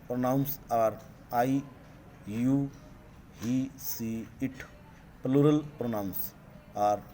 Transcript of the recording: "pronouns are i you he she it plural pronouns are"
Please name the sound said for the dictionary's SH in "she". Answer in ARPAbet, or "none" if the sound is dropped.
S